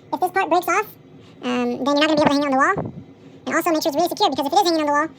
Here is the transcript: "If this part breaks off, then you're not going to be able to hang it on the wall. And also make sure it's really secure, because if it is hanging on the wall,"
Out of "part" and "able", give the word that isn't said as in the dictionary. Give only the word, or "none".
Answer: able